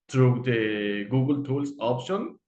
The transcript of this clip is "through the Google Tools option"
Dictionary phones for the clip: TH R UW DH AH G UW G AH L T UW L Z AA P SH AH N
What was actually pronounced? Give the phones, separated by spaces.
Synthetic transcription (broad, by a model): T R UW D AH G UW G AH L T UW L S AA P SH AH N